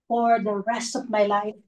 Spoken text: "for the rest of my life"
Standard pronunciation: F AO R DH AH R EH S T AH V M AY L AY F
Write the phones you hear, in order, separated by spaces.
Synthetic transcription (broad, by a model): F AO R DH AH R EH S T AH V M AY L AY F